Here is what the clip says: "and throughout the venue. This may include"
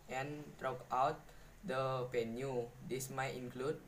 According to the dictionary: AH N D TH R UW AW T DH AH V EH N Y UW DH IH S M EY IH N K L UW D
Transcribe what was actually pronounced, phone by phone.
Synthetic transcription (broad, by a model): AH N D R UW AW T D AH P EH N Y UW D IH S M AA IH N K L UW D